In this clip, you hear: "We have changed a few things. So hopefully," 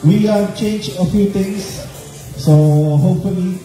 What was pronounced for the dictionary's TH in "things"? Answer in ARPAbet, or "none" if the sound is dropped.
T